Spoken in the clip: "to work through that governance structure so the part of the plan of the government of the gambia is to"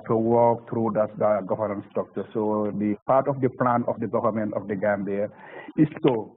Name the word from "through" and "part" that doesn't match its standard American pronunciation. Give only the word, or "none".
through